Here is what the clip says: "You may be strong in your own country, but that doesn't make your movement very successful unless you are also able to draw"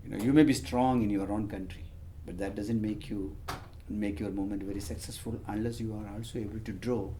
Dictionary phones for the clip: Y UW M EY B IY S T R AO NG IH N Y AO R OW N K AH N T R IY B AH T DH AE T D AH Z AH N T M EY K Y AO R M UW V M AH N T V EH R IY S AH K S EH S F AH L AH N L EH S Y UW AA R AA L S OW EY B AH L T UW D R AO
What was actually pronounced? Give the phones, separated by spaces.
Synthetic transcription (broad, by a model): Y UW M EY B IY S T R AO NG IH N Y AO R OW N K AH N T R IY B AH T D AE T D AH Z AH N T M EY K Y AO R M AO M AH N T V EH R IY S AH K S EH S F AH L AH N L EH S Y UW AA R AA L S OW EY B AH L T UW D R AO